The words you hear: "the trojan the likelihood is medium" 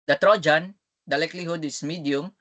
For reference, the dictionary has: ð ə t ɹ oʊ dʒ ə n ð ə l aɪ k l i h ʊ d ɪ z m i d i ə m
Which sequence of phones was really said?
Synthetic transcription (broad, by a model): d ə t ɹ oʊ dʒ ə n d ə l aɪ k l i h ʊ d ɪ s m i d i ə m